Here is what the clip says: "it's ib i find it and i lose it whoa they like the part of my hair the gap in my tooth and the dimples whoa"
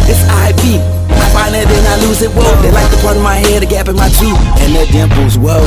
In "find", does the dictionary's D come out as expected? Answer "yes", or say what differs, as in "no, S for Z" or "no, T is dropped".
no, D is dropped